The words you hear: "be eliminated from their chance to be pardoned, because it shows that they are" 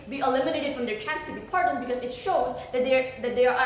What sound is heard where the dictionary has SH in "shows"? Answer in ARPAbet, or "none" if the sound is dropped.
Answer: SH